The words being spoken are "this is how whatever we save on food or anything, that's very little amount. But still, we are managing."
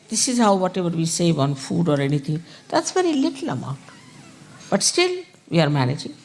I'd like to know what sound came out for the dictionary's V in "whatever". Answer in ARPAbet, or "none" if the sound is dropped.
B